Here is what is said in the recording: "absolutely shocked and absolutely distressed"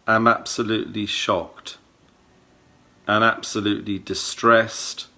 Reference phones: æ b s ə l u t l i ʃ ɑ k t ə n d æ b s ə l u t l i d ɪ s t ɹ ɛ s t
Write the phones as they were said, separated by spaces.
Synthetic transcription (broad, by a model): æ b s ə l u t l i ʃ ɑ k t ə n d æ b s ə l u t l i d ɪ s t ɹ ɛ s t